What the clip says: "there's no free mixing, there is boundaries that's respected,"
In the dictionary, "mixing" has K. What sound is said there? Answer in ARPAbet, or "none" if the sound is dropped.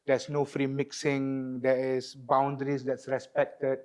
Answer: K